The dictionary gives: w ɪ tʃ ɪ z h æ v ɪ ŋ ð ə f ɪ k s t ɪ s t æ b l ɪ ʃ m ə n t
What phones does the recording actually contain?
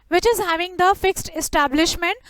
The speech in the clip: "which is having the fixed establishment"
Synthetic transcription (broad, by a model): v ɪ tʃ ɪ z h æ v ɪ ŋ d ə f ɪ k s t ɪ s t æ b l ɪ ʃ m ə n t